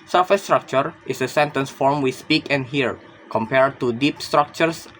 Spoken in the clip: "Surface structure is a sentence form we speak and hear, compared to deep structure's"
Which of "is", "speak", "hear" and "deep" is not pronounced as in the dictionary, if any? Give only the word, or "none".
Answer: is